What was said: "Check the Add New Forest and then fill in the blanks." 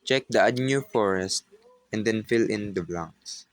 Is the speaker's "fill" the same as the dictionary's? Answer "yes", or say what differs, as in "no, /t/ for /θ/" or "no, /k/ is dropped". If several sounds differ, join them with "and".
yes